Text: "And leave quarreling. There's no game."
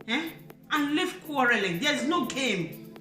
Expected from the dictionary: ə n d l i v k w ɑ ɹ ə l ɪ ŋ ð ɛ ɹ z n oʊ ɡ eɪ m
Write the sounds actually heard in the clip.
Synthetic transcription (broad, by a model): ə n l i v k w ɑ ɹ ə l ɪ ŋ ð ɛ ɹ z n oʊ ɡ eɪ m